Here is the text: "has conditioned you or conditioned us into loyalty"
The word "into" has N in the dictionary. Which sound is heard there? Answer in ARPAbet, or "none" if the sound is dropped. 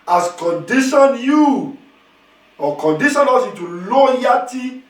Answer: none